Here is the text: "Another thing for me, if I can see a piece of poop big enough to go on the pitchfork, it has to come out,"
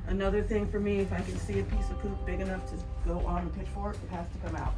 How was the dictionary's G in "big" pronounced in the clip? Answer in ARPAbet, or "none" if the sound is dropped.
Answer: G